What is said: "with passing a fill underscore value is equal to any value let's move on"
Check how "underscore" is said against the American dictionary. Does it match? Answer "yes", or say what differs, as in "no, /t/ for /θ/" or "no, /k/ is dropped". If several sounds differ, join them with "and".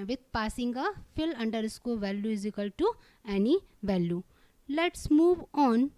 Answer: no, /l/ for /ɹ/